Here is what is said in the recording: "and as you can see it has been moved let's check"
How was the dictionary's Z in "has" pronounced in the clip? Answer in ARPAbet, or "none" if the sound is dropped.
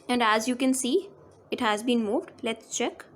Z